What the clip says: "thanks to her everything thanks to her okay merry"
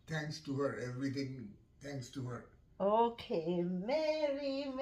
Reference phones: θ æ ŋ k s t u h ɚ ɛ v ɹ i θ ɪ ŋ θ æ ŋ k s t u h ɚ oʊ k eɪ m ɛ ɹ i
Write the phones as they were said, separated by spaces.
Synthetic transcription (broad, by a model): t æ ŋ k s t u h ɚ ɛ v ɹ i t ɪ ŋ t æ ŋ k s t u h ɚ oʊ k eɪ m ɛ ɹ i